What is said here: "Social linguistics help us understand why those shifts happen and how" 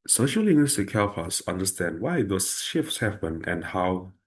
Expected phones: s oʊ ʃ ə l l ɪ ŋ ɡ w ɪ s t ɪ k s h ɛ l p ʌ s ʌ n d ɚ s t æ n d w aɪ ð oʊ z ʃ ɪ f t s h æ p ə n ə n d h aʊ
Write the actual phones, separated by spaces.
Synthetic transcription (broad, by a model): s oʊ ʃ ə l l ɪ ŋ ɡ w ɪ s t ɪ k h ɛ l f ʌ s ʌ n d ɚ s t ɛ n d w aɪ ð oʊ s ʃ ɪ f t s h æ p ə n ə n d h aʊ